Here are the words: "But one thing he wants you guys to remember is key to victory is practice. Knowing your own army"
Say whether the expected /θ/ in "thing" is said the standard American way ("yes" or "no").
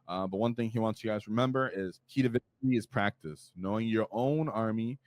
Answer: yes